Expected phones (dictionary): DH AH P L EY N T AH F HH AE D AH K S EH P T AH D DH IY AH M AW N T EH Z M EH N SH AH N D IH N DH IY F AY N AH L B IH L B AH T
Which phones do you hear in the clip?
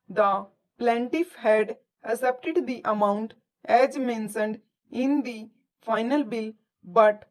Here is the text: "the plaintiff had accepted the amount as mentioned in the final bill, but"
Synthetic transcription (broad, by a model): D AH P L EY N T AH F HH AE D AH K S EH P T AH D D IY AH M AW N T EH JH M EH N S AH N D IH N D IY F AY N AH L B IH L B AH T